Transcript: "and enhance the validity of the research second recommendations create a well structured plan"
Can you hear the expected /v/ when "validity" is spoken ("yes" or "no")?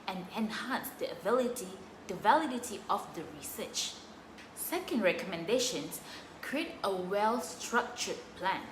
yes